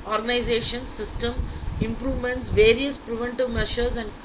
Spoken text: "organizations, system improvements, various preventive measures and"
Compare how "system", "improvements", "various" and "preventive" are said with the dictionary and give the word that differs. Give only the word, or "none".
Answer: none